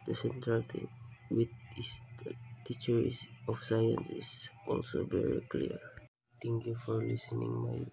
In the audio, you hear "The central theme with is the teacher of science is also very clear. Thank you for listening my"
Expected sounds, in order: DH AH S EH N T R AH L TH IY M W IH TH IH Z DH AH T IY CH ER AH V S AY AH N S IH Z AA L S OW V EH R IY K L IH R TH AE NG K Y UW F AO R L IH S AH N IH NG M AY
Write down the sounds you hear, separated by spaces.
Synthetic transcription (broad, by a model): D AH S EH N T R AH L T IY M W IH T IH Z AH T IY CH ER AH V S AY AH N S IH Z AA L S OW V EH R IY K L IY R T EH NG K Y UW F AO R L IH S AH N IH NG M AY